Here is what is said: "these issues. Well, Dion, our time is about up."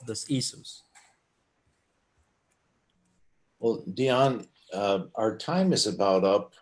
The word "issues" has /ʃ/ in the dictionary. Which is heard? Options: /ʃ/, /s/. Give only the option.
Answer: /s/